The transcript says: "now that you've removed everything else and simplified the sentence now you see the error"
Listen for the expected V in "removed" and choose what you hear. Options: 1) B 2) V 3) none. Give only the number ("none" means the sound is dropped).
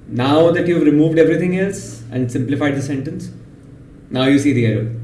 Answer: 2